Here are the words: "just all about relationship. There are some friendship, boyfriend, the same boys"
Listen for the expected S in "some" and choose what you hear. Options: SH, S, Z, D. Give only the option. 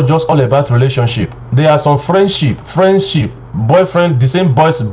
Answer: SH